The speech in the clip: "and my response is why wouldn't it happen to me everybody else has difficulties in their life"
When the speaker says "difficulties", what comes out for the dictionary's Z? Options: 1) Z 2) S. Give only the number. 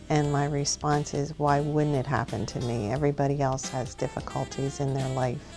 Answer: 1